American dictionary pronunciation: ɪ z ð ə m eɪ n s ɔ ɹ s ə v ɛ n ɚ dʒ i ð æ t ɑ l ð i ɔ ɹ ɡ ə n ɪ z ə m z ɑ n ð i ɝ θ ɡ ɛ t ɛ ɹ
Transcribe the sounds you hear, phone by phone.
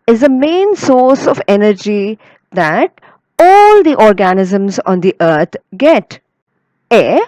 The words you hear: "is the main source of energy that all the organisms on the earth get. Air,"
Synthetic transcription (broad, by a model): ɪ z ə m eɪ n s ɔ ɹ s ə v ɛ n ɚ dʒ i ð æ t ɑ l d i ɔ ɹ ɡ ə n ɪ z ə m z ɑ n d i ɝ t ɡ ɛ t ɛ